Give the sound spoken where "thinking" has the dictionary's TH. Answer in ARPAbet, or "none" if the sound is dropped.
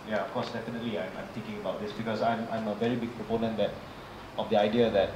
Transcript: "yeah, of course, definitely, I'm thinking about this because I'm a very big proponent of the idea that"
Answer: T